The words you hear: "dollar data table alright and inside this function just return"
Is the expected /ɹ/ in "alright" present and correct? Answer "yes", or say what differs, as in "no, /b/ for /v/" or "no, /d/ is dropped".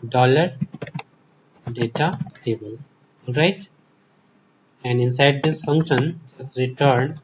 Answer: yes